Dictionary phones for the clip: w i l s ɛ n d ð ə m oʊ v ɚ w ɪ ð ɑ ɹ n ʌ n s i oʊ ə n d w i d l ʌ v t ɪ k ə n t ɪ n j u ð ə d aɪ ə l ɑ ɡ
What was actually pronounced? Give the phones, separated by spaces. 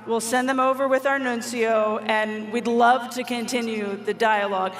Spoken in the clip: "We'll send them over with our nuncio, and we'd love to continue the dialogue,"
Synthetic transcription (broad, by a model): w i l s ɛ n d ð ə m oʊ v ɚ w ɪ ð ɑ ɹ n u n s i oʊ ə n w i d l ʌ v t ɪ k ə n t ɪ n j u ð ə d aɪ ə l ɑ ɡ